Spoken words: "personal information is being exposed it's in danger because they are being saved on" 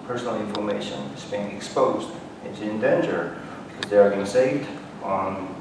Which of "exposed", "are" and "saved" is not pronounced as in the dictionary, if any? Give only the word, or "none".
none